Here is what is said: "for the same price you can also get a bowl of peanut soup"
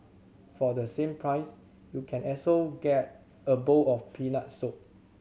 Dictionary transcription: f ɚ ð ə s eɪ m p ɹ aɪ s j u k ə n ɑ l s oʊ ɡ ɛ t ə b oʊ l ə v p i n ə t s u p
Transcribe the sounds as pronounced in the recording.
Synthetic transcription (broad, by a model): f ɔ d ə s eɪ m p ɹ aɪ s j u k ə n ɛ s oʊ ɡ ɛ t ə b oʊ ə f p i n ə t s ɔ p